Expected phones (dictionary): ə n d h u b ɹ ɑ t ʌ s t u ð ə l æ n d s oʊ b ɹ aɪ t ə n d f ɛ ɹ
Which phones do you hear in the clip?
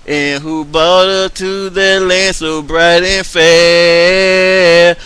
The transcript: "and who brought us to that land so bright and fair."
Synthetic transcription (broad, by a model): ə n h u b ɑ t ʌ t u ð ə l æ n s oʊ b ɹ aɪ t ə n f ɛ